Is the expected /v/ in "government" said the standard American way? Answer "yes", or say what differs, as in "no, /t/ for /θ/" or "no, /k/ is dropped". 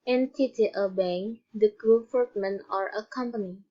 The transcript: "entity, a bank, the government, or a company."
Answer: no, /f/ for /v/